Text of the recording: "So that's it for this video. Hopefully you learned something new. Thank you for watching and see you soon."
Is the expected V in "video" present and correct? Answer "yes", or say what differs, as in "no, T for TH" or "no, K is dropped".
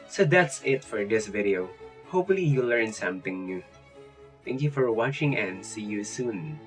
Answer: yes